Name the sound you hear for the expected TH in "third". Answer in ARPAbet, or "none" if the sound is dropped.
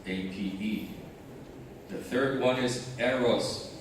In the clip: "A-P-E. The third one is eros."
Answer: TH